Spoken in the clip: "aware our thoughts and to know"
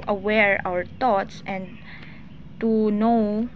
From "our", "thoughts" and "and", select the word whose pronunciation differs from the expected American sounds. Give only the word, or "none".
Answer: thoughts